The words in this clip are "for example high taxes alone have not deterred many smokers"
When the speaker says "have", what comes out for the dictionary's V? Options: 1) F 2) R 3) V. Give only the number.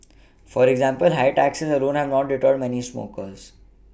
3